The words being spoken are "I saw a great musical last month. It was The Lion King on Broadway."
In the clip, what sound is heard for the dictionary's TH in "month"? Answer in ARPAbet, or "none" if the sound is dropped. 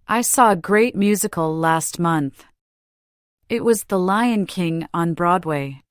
TH